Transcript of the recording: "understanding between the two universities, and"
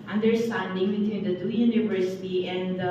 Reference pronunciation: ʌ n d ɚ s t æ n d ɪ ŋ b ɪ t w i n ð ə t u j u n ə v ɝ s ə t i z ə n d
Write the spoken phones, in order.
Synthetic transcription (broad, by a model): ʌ n d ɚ s t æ n d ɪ ŋ b ɪ t w i n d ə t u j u n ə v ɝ s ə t i ə n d